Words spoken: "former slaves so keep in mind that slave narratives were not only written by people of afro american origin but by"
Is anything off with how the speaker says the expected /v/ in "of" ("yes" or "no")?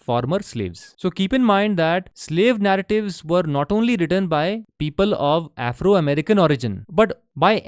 no